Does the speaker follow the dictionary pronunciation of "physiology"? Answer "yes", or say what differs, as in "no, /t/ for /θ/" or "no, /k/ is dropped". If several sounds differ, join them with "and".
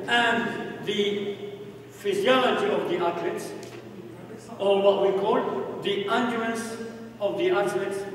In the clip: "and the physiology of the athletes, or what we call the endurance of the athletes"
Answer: yes